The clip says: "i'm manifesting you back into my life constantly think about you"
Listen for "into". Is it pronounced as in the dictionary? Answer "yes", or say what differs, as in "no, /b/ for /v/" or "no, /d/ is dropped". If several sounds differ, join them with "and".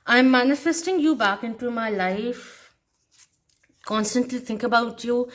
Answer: yes